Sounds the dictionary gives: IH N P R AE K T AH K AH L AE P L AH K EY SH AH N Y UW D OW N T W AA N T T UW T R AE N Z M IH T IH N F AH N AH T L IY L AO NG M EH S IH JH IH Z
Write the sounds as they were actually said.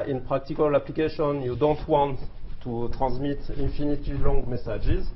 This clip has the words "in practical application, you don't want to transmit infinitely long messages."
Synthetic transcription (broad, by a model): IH N P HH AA K T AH K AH L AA P L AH K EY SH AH N Y UW D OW N T W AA N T T UW T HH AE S M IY T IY N F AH N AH T IY L AO NG M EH S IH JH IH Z